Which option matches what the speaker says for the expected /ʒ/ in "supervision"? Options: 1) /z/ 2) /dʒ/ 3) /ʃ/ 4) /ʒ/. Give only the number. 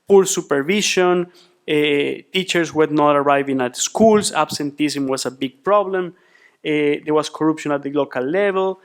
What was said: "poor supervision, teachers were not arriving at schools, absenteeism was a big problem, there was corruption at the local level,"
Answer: 3